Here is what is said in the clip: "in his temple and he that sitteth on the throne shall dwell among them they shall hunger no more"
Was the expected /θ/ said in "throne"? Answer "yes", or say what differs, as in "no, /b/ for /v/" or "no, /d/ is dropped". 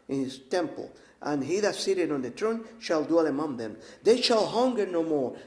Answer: no, /t/ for /θ/